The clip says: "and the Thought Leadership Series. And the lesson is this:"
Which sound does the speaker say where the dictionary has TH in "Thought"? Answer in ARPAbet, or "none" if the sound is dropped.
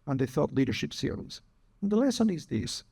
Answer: TH